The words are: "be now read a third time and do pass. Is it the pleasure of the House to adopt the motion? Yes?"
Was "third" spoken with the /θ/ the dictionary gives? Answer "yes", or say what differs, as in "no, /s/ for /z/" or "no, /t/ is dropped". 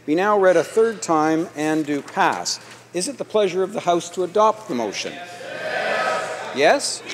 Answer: yes